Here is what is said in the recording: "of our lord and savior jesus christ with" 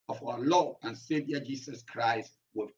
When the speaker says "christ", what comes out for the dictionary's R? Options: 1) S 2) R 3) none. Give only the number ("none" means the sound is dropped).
2